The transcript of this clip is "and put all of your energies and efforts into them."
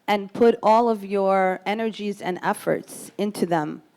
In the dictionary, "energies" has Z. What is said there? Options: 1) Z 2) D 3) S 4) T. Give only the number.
1